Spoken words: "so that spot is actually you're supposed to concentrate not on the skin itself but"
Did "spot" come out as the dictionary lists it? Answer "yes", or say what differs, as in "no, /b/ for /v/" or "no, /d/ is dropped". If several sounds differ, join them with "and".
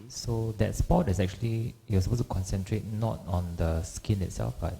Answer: yes